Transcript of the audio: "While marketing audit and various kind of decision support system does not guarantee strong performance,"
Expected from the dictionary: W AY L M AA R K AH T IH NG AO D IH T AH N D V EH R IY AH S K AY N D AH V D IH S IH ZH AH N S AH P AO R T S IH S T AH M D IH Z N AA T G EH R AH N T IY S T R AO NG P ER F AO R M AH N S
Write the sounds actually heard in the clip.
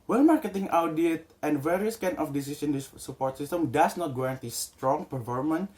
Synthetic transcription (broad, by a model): W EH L M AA R K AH T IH NG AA D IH T AH N D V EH R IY S K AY N AH F D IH S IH S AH N S AH P AO R T S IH S T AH M D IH S N AA T G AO AH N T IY S T R AO NG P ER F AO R M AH N